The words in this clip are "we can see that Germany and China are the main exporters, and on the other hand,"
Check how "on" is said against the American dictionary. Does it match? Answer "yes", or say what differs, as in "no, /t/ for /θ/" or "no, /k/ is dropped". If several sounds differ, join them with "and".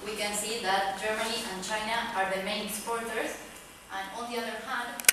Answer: no, /l/ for /n/